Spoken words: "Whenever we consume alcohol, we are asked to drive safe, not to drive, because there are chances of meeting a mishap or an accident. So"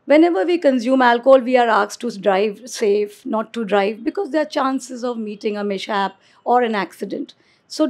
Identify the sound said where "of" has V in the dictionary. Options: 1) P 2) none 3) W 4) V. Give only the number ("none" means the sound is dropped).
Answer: 4